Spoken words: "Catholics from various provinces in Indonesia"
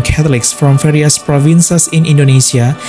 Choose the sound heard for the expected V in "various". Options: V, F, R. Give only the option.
F